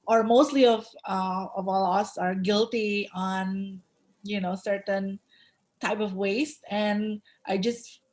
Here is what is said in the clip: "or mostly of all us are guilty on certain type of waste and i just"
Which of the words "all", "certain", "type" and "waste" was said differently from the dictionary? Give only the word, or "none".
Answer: none